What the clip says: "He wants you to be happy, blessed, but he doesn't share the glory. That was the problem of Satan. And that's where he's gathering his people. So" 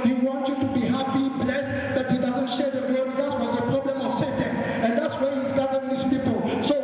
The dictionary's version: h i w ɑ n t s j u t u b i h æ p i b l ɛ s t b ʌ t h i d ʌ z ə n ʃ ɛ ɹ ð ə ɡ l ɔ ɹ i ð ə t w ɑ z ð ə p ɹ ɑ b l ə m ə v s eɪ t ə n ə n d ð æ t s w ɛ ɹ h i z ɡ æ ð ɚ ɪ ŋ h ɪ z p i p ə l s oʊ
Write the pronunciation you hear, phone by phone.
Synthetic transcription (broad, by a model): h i w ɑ n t j u t u b i h æ p i b l ɛ s t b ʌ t h i d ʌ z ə n ʃ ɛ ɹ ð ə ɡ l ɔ w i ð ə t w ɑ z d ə p ɹ ɑ b l ə m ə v s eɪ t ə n ə n d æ t s w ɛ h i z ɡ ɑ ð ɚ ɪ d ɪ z p i p ə l s oʊ